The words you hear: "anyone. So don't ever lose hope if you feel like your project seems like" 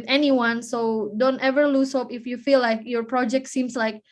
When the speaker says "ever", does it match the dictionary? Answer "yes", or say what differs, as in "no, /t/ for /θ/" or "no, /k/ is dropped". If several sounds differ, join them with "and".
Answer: yes